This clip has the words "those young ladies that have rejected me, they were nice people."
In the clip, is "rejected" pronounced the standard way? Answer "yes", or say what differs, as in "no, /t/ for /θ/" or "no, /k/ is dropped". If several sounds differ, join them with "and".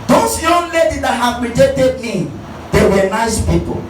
no, /k/ is dropped